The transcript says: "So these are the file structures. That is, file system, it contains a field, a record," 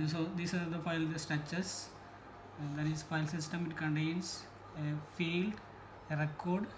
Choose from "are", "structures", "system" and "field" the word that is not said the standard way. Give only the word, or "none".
structures